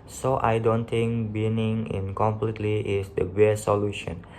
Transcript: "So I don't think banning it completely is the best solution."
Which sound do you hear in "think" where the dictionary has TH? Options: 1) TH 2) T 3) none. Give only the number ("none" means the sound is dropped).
2